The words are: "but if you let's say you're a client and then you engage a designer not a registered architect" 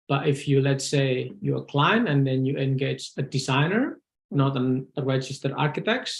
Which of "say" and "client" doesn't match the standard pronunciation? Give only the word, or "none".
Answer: client